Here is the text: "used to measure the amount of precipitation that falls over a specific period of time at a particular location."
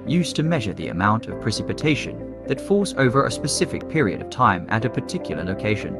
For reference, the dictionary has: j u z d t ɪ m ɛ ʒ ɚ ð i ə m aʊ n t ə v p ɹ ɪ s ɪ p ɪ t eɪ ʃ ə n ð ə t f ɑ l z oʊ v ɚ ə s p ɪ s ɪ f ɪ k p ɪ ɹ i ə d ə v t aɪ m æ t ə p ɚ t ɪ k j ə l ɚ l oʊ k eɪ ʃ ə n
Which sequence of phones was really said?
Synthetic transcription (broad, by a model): j u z t ɪ m ɛ ʒ ɚ ð i ə m aʊ n t ə v p ɹ ɪ s ɪ p ɪ t eɪ ʃ ə n ð ə t f ɑ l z oʊ v ɚ ə s p ɪ s ɪ f ɪ k p ɪ ɹ i ə d ə v t aɪ m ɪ t ə p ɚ t ɪ k j l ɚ l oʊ k eɪ ʃ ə n